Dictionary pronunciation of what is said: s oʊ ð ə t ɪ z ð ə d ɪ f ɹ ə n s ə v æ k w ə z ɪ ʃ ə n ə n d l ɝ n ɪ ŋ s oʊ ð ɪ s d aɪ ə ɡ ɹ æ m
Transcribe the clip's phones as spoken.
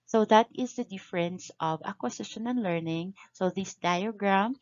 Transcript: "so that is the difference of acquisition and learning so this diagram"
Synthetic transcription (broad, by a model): s oʊ ð ə t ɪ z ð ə d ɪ f ɹ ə n s ə v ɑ k w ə s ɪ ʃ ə n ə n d l ɝ n ɪ ŋ s oʊ ð ɪ s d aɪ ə ɡ ɹ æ m